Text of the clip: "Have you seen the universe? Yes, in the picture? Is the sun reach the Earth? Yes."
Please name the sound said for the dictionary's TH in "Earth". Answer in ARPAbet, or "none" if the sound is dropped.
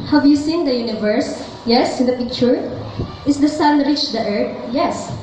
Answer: T